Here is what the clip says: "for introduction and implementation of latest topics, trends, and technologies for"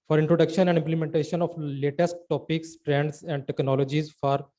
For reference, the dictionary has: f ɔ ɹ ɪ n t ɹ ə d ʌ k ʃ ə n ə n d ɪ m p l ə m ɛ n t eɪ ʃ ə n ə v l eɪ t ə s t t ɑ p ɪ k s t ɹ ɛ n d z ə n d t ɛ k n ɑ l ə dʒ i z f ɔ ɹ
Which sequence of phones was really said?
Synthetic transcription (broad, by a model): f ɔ ɹ ɪ n t ɹ ə d ʌ k ʃ ə n ə n d ɪ m p l ə m ɛ n t eɪ ʃ ə n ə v l eɪ t ə s t t ɑ p ɪ k s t ɹ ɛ n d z ə n d t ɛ k n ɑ l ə dʒ i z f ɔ ɹ